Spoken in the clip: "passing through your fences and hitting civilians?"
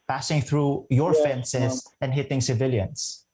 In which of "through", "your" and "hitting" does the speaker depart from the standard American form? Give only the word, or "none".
none